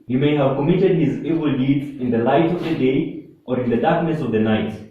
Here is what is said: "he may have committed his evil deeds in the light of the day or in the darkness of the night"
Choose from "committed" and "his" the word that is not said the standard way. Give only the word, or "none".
none